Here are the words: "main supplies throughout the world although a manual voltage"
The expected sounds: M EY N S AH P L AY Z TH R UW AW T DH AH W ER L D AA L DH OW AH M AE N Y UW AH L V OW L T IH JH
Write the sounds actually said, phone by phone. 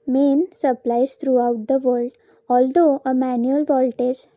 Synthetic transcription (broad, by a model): M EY N S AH P L AY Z T R UW AW T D AH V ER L D AA L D OW AH M AE N Y UW AH L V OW L T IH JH